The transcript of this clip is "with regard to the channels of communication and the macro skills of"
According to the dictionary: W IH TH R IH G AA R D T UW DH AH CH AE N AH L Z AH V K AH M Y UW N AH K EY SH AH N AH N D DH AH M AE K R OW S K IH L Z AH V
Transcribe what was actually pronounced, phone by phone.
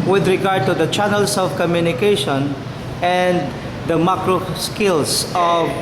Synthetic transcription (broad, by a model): W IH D R IH G AA R D T UW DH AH CH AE N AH L S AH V K AH M Y UW N AH K EY SH AH N AH N D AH M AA K R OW S K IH L S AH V